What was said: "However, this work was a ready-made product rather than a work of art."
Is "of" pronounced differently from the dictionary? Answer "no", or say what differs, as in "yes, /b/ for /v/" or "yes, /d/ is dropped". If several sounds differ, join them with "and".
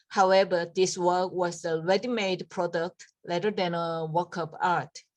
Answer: yes, /p/ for /v/